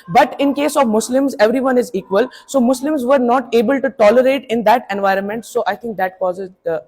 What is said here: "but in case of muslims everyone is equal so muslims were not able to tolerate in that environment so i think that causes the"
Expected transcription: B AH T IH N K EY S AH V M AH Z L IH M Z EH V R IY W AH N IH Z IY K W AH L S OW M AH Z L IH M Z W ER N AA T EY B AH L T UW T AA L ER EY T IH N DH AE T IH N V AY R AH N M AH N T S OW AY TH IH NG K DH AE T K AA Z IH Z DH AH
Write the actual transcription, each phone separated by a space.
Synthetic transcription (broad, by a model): B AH T IH N K EY S AH V M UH S L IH M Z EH V R IY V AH N IH Z IY K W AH L S OW M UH S L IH M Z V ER N AA T EY B AH L T UW T AA L ER EY T IH N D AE T IH N V AY R AH N M AH N T S OW AY T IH NG K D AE T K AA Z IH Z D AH